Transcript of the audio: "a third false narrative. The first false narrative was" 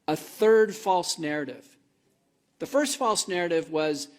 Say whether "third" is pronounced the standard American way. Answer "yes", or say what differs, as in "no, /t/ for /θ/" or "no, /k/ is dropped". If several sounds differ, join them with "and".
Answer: yes